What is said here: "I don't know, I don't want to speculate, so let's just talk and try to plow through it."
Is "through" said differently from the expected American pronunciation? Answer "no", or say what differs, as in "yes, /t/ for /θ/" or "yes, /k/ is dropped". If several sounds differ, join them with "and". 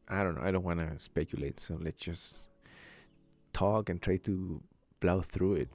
no